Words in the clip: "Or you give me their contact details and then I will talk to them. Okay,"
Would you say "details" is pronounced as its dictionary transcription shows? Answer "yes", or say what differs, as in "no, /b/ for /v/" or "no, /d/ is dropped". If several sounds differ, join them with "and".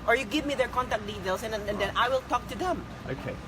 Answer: no, /s/ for /z/